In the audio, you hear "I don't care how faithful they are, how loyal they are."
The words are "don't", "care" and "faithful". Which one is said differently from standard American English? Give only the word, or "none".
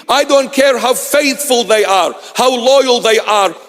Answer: none